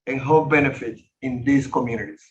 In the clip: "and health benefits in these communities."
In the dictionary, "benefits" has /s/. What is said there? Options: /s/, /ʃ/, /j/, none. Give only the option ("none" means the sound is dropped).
none